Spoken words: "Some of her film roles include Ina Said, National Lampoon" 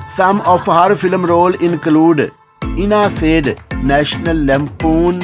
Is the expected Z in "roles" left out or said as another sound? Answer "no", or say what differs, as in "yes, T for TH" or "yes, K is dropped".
yes, Z is dropped